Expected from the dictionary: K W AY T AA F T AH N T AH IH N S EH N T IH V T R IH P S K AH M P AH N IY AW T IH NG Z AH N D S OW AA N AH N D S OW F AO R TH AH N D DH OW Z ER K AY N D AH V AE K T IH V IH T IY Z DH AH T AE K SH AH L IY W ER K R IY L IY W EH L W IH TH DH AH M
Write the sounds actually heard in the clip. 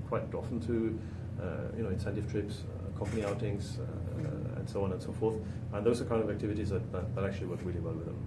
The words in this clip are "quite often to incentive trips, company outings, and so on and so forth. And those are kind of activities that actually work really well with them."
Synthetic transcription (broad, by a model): K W AY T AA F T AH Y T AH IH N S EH N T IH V T R IH P S K AH M P AH N IY AW T IH NG Z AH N S OW AA N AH N S OW F AO R TH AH N DH OW Z ER K AY N D AH V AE K T IH V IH T IY Z DH AH T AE K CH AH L IY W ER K R IY L IY W EH L W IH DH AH M